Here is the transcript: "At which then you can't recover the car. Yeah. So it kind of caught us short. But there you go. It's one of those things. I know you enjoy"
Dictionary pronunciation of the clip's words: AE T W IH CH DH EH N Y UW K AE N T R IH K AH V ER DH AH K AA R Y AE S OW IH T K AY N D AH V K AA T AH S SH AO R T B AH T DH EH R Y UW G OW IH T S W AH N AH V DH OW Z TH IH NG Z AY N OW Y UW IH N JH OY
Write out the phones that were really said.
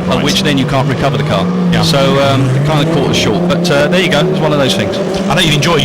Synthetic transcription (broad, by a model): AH W IH CH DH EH N Y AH K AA N T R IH K AH V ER DH AH K AA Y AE S OW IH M K AY N D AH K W AA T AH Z SH AO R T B AH T DH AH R Y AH G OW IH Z W AH N AH V DH OW Z TH IH NG Z AY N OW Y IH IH N JH OY